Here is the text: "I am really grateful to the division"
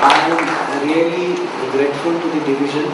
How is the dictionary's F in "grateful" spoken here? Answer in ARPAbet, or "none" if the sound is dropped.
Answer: F